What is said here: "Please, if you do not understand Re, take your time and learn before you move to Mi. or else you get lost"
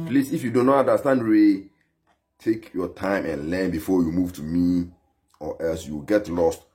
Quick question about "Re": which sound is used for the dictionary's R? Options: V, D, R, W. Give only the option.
W